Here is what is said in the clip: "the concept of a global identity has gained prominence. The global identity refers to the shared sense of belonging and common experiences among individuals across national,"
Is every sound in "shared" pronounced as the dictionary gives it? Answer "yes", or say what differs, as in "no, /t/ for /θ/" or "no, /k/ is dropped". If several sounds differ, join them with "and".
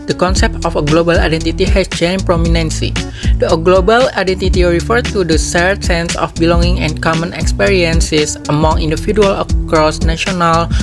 no, /s/ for /ʃ/